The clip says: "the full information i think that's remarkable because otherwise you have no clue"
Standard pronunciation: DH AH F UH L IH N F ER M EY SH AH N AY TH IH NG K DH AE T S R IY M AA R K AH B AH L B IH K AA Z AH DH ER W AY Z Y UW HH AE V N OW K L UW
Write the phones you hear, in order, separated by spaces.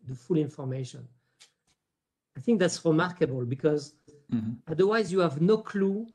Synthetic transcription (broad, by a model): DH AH F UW L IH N F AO M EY SH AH N AY TH IH NG K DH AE T S R IY M AA R K AH B AH L B IH K AA Z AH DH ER W AY Z Y UW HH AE V N OW K L UW